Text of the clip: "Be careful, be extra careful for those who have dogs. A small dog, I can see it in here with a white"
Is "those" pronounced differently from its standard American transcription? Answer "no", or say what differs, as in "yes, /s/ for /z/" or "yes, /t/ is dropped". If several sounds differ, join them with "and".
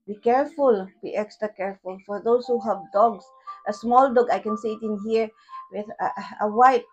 yes, /s/ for /z/